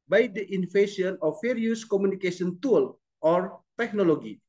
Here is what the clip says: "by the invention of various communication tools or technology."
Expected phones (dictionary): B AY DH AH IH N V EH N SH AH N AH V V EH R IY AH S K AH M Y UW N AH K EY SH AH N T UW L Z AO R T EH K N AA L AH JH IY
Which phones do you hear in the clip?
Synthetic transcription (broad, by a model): B AY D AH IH N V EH SH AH N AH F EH R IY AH S K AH M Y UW N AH K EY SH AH N T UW L AO R T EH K N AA L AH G IY